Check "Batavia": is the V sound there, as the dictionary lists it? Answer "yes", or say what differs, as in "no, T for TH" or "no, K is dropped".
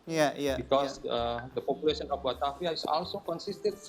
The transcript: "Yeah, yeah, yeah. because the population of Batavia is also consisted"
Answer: no, F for V